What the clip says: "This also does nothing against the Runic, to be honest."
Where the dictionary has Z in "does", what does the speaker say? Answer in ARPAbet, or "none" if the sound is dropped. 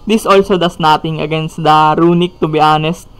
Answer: S